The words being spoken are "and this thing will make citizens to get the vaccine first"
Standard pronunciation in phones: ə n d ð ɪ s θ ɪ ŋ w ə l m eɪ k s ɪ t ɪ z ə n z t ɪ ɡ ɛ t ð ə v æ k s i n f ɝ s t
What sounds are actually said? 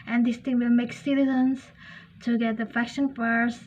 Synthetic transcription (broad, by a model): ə n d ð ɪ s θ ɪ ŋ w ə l m eɪ k s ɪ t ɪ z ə n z t ɪ ɡ ɛ t ð ə f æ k ʃ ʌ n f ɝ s